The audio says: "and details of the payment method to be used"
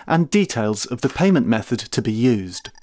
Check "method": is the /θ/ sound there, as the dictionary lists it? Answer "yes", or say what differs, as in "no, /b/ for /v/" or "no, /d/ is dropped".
yes